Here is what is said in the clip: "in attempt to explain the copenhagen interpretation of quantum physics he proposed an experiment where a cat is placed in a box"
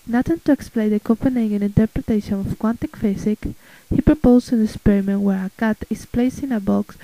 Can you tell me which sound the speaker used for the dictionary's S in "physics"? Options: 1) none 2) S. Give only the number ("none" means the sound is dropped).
1